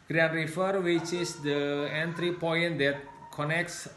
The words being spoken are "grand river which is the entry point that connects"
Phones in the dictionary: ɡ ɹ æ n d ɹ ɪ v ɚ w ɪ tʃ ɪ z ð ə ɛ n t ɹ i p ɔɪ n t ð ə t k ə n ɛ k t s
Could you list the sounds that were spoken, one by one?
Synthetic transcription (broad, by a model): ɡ ɹ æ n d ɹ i f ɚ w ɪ tʃ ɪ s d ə ɛ n t ɹ i p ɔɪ n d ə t k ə n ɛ k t s